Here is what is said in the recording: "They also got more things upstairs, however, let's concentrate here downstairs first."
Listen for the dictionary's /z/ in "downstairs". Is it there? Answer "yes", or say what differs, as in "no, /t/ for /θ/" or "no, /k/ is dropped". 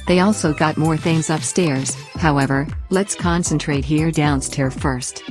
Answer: no, /z/ is dropped